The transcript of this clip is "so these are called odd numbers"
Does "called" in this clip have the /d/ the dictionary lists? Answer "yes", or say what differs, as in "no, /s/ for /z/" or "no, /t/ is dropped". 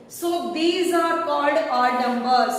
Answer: yes